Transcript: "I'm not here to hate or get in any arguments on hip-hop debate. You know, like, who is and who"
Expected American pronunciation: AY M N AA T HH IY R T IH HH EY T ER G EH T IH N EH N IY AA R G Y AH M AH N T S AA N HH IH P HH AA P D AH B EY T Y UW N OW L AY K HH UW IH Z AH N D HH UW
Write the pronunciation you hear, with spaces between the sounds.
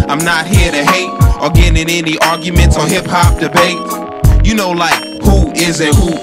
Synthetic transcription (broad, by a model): AY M N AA T HH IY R T IH HH EY T ER G EH T IH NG EH N IY AA R G Y AH M AH N T S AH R HH IH P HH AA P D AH B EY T Y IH N OW L AY K HH UW IH Z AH HH UW